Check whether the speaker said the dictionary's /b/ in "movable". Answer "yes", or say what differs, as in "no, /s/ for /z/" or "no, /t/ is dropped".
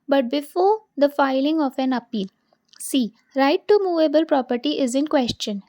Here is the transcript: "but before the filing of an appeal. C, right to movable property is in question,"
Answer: yes